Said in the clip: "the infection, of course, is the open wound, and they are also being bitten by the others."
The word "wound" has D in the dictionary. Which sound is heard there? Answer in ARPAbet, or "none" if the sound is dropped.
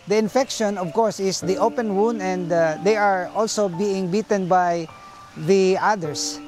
D